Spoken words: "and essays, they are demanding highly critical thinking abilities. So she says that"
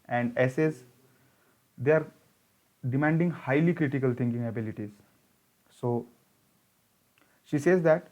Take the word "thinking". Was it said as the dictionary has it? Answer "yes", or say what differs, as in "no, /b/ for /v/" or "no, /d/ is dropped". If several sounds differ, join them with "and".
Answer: no, /t/ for /θ/